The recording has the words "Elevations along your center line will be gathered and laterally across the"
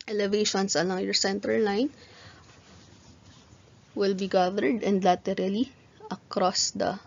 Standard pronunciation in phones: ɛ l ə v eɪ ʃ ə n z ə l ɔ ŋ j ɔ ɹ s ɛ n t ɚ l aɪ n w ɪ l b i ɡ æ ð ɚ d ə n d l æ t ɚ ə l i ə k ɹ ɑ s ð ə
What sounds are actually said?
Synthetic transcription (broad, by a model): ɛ l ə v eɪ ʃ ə n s ə l ɔ ŋ j ɔ ɹ s ɛ n t ɚ l aɪ n w ɪ l b i ɡ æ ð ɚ d ə n d l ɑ t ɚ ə l i ə k ɹ ɑ s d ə